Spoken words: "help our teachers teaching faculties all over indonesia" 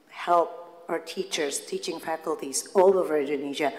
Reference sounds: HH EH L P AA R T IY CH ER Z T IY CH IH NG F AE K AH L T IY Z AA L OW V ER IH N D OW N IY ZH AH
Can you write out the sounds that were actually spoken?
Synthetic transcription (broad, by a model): HH EH L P AA R T IY CH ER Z T IY CH IH NG F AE K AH L T IY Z AA L OW V ER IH N D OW N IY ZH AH